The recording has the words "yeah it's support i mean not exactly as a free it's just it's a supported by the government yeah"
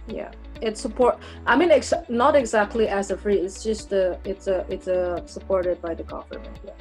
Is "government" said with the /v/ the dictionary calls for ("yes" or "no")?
no